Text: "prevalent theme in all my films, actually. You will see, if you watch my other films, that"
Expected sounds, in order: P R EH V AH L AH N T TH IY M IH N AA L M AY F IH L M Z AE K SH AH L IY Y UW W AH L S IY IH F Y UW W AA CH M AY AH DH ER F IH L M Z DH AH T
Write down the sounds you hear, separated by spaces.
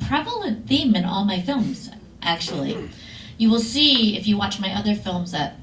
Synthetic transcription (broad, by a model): P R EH V L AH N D TH IY M IH N AA L M AY F IH L M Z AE K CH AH L IY Y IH W AH L S IY IH F Y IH W AA CH M AY AH DH ER F IH L M Z DH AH T